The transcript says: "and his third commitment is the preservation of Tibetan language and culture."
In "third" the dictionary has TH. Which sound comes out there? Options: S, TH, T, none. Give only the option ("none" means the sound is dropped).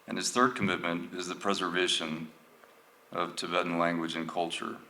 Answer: TH